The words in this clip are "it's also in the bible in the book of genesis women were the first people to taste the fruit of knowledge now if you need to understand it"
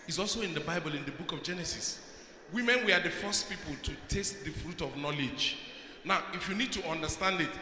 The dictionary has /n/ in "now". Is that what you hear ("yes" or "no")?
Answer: yes